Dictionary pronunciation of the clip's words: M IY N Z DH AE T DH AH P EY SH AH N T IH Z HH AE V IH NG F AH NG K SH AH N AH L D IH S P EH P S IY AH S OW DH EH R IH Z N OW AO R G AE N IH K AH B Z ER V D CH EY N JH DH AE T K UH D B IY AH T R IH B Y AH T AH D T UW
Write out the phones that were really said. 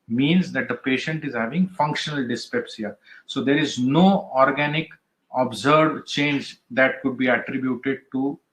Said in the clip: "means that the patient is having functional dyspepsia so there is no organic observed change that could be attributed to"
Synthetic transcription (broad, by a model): M IY N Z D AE T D AH P EY SH AH N T IH Z HH AE V IH NG F AH NG K SH AH N AH L D IH S P EH P S IY AH S OW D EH R IH Z N OW AO R G AE N IH K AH B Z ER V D CH EY N JH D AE T K UH D B IY AH T R IH B Y AH T AH D T UW